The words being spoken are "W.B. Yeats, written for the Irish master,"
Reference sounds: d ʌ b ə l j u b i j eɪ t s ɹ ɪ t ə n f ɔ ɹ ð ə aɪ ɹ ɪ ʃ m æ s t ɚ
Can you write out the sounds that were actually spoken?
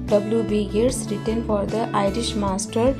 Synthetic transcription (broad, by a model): d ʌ b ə l j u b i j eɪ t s ɹ ɪ t ə n f ɔ ɹ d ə aɪ ɹ ɪ ʃ m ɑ s t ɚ